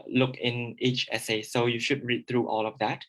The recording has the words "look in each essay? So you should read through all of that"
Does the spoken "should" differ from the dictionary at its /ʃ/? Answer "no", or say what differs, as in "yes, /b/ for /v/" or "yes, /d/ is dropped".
no